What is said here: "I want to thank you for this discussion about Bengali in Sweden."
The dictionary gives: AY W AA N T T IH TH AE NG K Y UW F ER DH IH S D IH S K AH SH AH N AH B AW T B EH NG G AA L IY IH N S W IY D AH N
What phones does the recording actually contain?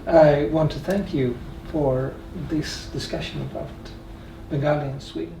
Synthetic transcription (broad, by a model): AY W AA N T T IH TH AE NG K Y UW F ER DH IH S D IH S K AH SH AH N AH B AW T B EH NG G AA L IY IH N S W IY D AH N